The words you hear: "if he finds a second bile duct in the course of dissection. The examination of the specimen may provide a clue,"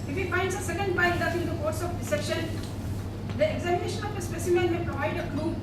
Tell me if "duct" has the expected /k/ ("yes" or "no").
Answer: no